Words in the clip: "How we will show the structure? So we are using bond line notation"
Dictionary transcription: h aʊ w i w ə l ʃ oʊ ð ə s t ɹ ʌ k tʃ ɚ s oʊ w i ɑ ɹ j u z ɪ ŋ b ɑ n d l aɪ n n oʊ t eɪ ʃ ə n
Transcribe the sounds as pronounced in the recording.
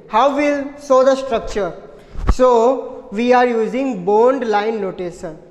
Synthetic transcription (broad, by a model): h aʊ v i l s oʊ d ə s t ɹ ʌ k tʃ ɚ s oʊ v i ɑ ɹ j u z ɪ ŋ b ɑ n d l aɪ n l oʊ t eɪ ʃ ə n